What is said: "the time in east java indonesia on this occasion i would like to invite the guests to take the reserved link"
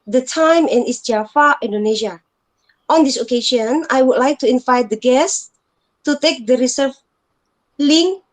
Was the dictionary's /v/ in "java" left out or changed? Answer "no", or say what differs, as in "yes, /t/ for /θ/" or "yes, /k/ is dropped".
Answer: yes, /f/ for /v/